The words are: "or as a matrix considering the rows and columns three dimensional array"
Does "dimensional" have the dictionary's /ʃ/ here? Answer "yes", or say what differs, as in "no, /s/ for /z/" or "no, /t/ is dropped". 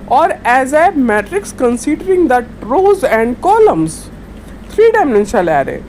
no, /ʃ/ is dropped